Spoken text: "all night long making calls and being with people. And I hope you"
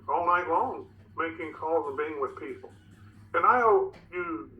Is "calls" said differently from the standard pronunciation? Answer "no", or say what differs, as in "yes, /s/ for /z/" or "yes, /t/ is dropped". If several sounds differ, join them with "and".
no